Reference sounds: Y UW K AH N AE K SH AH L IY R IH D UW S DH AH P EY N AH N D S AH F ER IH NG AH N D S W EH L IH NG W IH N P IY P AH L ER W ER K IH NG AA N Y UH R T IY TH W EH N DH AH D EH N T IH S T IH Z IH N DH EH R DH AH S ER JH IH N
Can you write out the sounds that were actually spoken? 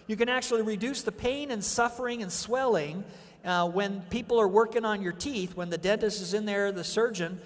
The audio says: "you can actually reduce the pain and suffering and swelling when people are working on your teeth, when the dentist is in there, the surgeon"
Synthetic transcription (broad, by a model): Y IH K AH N AE K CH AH L IY R IH D UW S DH AH P EY N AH N S AH F ER IH NG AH N S W EH L IH NG W IH N P IY P L ER W ER K IH NG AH N Y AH R T IY TH W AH N DH AH D EH N T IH S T IH Z IH N DH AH R DH AH S ER JH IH N